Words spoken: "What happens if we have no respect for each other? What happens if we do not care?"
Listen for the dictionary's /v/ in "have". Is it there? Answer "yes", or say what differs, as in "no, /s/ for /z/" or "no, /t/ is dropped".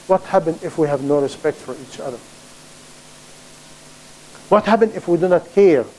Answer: yes